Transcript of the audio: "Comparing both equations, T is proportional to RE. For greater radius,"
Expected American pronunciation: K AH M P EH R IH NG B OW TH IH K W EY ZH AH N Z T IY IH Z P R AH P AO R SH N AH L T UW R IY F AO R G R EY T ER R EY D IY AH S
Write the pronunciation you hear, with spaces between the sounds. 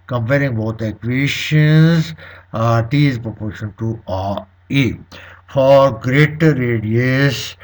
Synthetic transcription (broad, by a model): K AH M P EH R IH NG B OW T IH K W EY SH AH N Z T IY IH Z P R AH P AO R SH AH N T UW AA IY F AO R G R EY T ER R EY D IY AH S